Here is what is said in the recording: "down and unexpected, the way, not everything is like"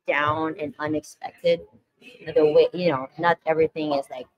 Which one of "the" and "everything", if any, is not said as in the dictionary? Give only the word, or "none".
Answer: none